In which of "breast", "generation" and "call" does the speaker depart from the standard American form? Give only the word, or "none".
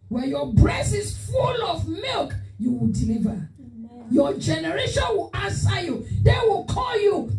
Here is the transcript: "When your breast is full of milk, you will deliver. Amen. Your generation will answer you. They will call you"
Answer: breast